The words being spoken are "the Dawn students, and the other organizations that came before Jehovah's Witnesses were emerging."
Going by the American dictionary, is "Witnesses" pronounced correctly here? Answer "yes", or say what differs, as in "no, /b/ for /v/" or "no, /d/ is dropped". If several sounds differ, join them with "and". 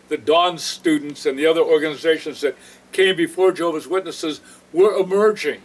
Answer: yes